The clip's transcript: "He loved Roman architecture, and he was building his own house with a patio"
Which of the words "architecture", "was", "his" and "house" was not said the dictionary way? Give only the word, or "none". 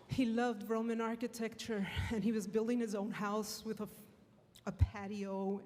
none